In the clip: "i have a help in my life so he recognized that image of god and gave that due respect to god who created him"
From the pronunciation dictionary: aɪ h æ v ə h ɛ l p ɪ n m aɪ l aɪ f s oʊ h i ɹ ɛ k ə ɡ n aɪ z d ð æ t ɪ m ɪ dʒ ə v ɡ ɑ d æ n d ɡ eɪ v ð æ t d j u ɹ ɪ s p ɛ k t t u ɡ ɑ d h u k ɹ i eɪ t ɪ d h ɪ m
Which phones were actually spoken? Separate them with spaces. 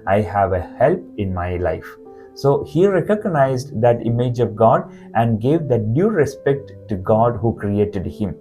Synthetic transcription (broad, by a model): aɪ h æ v ə h ɛ l p ɪ n m aɪ l aɪ f s oʊ h i ɹ ɛ k ə ɡ n aɪ z d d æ t ɪ m ɪ dʒ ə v ɡ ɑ d æ n d ɡ eɪ v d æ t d j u ɹ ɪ s p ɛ k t t u ɡ ɑ d h u k ɹ i eɪ t ɪ d h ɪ m